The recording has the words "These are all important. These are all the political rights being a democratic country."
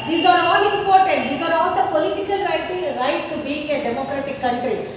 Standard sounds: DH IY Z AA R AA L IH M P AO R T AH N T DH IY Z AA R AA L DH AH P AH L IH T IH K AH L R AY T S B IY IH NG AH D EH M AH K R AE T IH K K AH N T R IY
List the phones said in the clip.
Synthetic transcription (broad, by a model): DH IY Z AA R AA L IH M P AO R T AH N T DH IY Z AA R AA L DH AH P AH L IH T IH K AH L R AY T S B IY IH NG AH D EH M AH K R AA T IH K K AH N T R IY